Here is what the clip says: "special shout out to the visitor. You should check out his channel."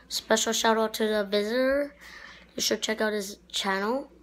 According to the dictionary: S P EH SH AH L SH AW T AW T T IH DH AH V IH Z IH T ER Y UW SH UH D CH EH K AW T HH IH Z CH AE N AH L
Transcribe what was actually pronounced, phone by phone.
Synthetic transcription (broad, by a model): S P EH SH L SH AW T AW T T IH DH AH V IH Z IH T ER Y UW SH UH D CH EH K AW T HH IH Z CH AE N L